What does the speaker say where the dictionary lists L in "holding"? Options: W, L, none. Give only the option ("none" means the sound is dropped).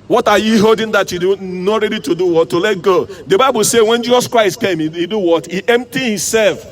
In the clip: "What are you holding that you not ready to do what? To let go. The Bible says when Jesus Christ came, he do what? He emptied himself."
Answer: none